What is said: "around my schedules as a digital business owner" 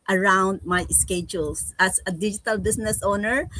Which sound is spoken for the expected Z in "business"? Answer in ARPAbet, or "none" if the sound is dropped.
S